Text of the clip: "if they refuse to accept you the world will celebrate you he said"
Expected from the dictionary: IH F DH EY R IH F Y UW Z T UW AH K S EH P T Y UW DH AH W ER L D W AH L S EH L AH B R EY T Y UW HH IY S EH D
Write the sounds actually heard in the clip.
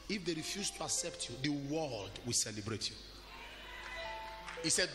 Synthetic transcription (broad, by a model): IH F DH EY R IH F Y UW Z T UW AH K S EH P T Y UW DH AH W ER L D W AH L S EH L AH B R EY T Y UW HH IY S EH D